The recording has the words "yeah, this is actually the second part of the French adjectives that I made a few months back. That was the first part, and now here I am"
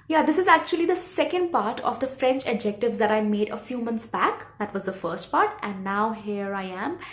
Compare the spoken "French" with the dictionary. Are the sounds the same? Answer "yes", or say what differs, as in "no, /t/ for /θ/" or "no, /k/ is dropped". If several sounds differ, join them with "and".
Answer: yes